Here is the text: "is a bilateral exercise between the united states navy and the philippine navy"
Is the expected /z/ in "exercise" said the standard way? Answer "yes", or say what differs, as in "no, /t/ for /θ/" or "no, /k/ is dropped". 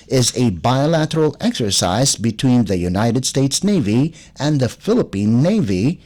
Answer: yes